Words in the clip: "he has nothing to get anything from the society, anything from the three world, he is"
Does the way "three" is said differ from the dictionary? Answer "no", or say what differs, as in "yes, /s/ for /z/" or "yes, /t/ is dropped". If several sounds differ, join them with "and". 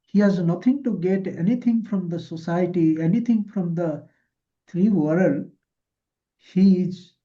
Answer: yes, /t/ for /θ/